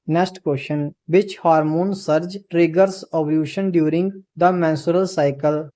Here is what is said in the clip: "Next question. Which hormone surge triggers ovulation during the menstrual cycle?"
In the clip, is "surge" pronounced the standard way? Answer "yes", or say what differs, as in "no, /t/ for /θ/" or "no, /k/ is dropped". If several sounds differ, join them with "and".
yes